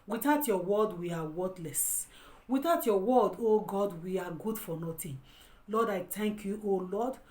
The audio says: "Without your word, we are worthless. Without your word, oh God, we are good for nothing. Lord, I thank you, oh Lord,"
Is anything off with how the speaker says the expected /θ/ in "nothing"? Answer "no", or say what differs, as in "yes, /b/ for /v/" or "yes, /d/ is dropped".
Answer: yes, /t/ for /θ/